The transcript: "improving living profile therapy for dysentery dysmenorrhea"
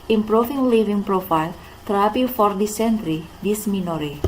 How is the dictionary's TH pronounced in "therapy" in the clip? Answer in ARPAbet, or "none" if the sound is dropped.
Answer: T